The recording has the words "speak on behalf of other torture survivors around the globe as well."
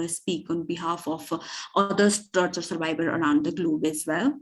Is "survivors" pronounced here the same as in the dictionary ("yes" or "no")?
no